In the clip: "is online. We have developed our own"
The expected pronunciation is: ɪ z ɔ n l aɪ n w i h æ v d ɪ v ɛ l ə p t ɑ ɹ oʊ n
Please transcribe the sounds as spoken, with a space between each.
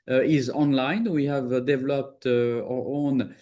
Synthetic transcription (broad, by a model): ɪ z ɔ n l aɪ n w i h æ v d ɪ v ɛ l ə p t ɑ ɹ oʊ n